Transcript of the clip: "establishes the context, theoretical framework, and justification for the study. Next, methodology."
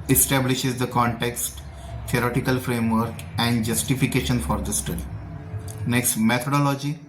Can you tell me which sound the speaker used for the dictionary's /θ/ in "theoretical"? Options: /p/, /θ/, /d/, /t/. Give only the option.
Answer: /t/